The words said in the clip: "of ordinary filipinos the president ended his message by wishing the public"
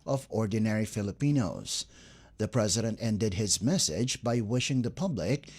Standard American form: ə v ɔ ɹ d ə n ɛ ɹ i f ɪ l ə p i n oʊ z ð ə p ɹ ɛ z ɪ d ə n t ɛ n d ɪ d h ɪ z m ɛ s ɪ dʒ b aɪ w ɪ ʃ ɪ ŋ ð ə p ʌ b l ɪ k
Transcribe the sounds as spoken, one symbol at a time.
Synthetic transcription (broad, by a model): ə v ɔ ɹ d n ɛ ɹ i f ɪ l ə p i n oʊ z ð ə p ɹ ɛ z ɪ d ə n t ɛ n d ɪ d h ɪ z m ɛ s ɪ dʒ b aɪ w ɪ ʃ ɪ ŋ ð ə p ʌ b l ɪ k